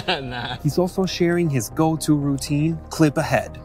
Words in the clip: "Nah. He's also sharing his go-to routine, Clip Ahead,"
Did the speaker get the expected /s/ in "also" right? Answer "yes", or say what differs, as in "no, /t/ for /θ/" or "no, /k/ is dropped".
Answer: yes